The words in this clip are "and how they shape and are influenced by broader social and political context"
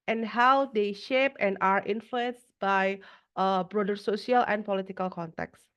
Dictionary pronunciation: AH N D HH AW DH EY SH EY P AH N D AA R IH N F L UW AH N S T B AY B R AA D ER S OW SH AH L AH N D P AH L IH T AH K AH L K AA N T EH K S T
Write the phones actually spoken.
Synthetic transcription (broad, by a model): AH N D HH AW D EY SH EY P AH N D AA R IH N F L UW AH N S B AY B R AA D ER S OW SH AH L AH N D P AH L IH T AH K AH L K AA N T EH K S